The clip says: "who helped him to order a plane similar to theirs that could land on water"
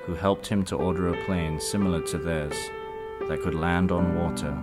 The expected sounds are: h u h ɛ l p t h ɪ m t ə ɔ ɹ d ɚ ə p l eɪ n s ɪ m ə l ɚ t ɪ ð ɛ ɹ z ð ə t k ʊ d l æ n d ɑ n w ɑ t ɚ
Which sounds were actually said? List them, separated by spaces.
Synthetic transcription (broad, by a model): h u h ɛ l p t h ɪ m t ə ɔ ɹ d ɚ ə p l eɪ n s ɪ m l ɚ t ɪ ð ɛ ɹ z ð ə t k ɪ d l æ n d n w ɑ t ɚ